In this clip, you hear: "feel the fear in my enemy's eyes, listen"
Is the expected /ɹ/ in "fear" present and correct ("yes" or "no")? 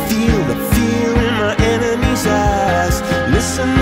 no